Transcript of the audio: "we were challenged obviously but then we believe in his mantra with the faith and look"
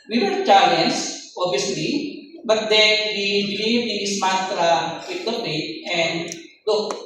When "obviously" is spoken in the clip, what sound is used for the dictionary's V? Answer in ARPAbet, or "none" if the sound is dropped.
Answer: none